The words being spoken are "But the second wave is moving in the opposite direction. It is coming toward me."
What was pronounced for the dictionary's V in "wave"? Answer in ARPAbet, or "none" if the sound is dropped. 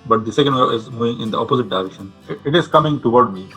none